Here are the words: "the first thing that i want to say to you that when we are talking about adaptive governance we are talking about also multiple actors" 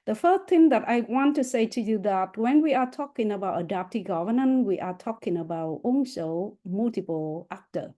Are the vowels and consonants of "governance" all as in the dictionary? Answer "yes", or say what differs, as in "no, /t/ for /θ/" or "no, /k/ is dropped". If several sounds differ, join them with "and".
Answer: no, /s/ is dropped